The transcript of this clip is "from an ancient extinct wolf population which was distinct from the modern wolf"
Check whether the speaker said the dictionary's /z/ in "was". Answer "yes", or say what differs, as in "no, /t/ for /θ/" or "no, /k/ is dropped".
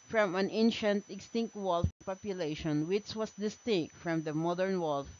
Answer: no, /s/ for /z/